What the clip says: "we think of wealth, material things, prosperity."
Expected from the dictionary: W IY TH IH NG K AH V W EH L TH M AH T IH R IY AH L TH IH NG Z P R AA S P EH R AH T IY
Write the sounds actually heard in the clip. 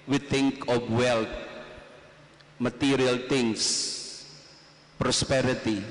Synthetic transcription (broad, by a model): W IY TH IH NG K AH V W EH L T M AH T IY R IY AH L T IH NG S P R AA S P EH R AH T IY